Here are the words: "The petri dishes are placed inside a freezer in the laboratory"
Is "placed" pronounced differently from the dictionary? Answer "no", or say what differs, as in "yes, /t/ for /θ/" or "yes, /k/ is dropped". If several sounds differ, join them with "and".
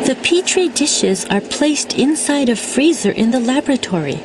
no